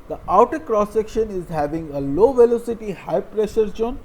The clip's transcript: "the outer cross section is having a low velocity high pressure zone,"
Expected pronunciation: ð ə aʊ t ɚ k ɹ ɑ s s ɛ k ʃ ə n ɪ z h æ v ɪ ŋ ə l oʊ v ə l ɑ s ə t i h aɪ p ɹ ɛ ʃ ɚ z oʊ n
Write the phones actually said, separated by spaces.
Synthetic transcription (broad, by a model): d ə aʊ t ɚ k ɹ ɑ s s ɛ k ʃ ə n ɪ z h æ v ɪ ŋ ə l oʊ v ə l ɑ s ə t i h aɪ p ɹ ɛ ʃ ɚ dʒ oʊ n